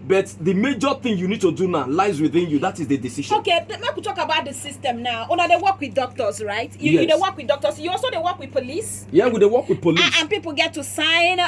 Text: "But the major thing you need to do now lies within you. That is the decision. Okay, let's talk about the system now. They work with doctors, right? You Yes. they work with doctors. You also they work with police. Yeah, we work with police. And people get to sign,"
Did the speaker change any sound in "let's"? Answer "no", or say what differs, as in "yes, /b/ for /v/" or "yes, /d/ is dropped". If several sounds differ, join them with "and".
yes, /n/ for /l/